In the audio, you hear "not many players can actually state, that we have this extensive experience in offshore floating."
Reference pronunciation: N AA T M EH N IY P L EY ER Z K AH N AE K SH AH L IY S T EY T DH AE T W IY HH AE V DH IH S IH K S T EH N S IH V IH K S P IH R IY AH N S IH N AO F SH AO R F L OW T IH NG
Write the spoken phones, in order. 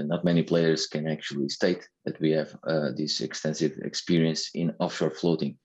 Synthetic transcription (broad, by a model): N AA T M EH N IY P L EY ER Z K AH N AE K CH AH L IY S T EY T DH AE T W IY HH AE V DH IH S IH K S T EH N S IH V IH K S P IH R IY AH N S IH N AO F SH AO R F L OW T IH NG